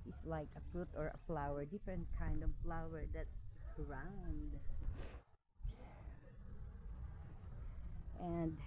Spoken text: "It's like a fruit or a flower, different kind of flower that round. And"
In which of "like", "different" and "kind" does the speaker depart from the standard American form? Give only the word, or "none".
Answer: none